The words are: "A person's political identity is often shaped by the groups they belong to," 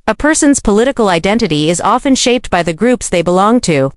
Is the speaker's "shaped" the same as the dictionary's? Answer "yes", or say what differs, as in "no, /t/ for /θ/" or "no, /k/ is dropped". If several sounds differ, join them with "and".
yes